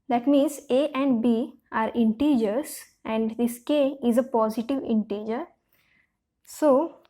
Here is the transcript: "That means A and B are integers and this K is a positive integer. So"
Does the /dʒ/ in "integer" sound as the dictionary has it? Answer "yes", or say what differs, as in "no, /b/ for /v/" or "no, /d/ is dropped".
yes